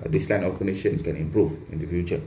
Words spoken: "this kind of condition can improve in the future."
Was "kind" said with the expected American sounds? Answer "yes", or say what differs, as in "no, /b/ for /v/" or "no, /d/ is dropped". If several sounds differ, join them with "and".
no, /d/ is dropped